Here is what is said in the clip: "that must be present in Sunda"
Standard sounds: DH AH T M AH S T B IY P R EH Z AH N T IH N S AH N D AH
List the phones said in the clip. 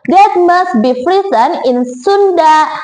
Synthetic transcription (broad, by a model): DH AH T M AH S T B IY F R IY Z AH N IH N S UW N D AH